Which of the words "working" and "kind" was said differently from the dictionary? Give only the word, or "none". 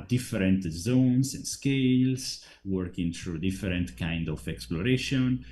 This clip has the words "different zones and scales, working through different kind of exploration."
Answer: none